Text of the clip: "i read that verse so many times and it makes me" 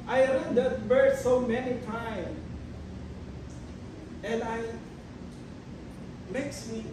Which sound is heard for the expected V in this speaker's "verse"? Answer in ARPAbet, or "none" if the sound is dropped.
B